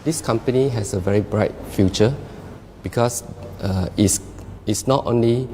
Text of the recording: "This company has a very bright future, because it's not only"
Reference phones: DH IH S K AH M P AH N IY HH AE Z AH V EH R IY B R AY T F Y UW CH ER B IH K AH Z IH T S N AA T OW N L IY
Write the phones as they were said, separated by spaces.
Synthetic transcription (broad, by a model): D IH S K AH M P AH N IY HH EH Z AH V EH R IY B R AY T F Y UW CH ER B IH K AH S IH T S N AA T OW N L IY